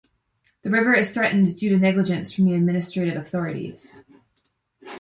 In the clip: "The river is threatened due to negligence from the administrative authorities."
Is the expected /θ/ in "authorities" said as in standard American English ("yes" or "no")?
yes